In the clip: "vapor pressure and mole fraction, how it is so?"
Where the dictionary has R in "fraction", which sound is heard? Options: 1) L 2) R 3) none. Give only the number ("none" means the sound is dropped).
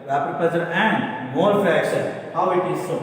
3